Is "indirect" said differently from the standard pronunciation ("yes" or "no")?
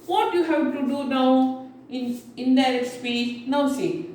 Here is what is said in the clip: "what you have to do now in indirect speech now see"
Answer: yes